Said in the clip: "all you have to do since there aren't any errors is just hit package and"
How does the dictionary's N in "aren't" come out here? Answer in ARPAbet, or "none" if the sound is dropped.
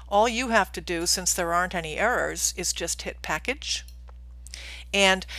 N